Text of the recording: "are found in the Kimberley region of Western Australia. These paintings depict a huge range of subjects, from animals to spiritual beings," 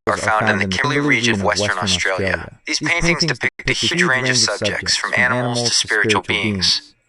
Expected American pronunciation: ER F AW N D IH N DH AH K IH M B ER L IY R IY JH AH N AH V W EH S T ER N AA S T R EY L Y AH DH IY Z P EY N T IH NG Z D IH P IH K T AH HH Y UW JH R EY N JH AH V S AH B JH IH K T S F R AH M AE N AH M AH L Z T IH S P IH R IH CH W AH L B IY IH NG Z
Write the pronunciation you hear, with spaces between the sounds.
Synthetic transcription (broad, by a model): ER F AW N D IH N DH AH K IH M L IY R IY JH AH N AH V W EH S T ER N AA S T R EY L Y AH DH IY Z P EY N T IH NG Z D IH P IH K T AH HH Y UW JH R EY N JH AH V S AH B JH IH K T S F R AH M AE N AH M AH L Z T IH S P IH R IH CH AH L B IY IH NG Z